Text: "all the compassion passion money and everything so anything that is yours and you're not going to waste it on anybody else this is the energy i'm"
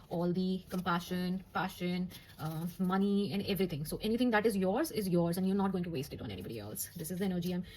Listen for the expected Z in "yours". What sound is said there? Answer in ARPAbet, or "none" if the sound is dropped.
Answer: Z